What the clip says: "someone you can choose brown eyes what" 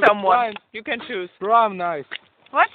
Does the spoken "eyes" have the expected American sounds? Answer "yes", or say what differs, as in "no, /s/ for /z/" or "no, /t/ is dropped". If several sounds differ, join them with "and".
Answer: no, /s/ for /z/